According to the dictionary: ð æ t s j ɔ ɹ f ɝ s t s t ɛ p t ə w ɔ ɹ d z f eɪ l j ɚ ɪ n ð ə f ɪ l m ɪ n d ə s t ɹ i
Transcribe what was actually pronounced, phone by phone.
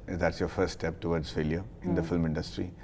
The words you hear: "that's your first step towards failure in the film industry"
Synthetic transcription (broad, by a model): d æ t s j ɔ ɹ f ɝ t s t ɛ p t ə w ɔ ɹ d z f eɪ l j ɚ ɪ n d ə f ɪ l m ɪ n d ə s t ɹ i